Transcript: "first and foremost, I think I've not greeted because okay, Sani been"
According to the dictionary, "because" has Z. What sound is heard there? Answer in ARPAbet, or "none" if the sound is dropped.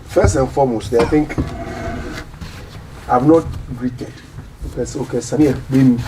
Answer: S